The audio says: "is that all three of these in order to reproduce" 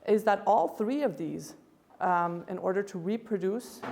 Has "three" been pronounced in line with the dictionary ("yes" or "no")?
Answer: yes